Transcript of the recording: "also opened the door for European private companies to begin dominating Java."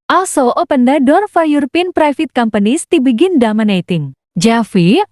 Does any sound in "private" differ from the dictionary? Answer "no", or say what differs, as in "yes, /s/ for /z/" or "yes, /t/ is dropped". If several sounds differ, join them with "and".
yes, /f/ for /v/